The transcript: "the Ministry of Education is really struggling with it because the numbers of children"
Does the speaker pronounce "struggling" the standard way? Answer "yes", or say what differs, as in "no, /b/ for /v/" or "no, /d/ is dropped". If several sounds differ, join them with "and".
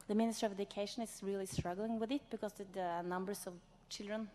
yes